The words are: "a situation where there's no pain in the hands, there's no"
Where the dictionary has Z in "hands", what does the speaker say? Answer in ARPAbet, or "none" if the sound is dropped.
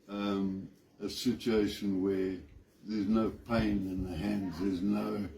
Z